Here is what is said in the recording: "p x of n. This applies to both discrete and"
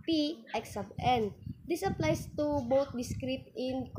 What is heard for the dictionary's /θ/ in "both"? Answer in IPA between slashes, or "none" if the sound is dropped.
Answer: /t/